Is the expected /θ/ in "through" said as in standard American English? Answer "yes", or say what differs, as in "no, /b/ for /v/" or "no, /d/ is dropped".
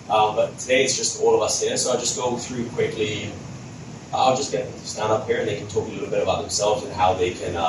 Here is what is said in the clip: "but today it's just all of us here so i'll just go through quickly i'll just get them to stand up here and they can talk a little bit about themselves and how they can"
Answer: yes